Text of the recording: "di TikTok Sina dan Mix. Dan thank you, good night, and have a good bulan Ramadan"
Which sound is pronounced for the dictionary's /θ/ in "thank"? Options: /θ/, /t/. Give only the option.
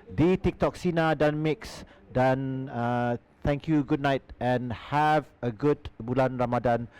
/t/